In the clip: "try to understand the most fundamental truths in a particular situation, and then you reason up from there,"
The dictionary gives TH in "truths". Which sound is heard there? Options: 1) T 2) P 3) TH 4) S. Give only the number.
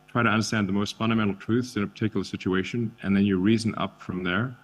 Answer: 3